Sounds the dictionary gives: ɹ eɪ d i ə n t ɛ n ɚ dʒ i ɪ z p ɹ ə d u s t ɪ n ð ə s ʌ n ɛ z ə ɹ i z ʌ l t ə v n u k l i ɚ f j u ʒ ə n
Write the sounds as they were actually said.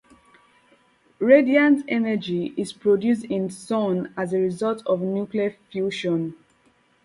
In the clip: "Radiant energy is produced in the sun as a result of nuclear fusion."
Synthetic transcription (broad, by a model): ɹ eɪ d i ə n t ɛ n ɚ dʒ i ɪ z p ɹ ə d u s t ɪ n s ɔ n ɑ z ə ɹ i z ʌ l t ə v n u k l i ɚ f j u ʃ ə n